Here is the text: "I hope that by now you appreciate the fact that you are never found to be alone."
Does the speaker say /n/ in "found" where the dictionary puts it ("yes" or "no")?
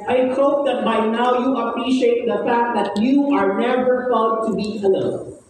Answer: no